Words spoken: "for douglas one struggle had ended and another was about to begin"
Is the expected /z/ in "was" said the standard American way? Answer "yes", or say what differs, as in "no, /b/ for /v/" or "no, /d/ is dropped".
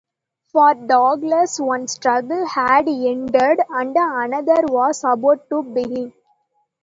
no, /s/ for /z/